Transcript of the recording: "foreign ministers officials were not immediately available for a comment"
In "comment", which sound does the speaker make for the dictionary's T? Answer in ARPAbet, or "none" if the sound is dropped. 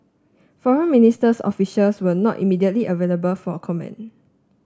none